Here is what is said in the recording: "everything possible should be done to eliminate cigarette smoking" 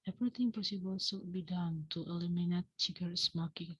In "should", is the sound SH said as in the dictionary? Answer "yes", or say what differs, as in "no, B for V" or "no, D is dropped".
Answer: no, S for SH